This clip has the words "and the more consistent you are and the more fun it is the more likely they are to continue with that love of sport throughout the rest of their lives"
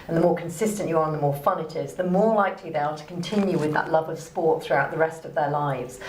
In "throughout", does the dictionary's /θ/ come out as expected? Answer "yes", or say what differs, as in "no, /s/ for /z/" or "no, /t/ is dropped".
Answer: yes